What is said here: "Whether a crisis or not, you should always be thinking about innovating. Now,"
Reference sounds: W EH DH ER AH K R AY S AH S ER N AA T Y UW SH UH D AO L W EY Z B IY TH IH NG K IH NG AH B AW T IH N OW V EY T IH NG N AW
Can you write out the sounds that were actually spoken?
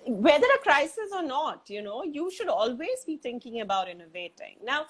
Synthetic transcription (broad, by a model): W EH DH ER AH K R AY S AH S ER N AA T Y UW SH UH D AO L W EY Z B IY T IH NG K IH NG AH B AW T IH N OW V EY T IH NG N AW